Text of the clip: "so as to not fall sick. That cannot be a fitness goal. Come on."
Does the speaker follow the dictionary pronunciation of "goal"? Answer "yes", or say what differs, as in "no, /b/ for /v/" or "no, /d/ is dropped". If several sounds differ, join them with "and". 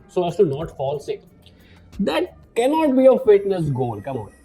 no, /n/ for /l/